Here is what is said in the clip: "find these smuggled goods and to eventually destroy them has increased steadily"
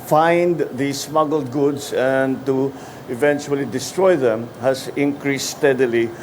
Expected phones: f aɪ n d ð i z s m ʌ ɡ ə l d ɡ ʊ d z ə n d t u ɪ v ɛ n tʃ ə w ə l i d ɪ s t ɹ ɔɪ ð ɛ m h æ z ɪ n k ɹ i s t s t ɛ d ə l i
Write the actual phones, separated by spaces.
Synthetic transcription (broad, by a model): f aɪ n d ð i s m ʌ ɡ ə l d ɡ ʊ d s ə n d t u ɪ v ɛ n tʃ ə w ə l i d ɪ s t ɹ ɔɪ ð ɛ m h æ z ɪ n k ɹ i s s t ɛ d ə l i